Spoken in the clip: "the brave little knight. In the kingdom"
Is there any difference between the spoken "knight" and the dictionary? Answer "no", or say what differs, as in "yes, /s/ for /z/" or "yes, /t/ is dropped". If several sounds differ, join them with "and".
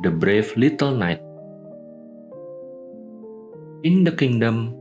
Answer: no